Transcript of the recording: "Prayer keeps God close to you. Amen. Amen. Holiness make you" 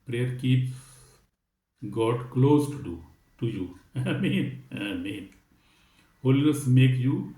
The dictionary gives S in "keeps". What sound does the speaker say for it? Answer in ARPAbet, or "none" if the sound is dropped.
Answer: none